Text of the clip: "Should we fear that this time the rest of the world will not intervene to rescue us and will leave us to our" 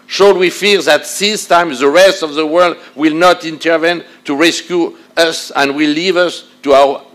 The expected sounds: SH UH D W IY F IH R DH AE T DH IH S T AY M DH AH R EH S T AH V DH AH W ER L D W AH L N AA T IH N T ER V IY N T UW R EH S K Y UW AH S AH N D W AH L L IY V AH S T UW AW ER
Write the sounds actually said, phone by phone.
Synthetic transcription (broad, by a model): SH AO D W IY F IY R DH AE T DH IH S T AY M DH AH R EH S T AH V DH AH W ER L D W AH L N AA T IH N T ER V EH N T UW R EH S K Y UW AH S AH N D W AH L L IY V AH S T UW AW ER